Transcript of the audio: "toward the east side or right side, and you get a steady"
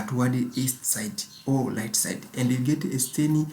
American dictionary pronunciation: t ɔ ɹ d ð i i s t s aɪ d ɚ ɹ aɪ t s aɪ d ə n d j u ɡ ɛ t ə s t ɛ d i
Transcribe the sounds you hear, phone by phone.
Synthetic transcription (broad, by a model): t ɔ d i i s t s aɪ d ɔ l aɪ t s aɪ d ə n d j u ɡ ɛ t ə s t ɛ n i